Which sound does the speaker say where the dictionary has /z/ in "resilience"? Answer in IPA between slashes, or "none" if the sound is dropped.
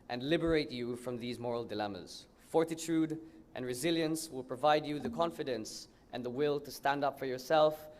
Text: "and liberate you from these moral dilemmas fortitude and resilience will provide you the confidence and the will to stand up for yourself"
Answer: /z/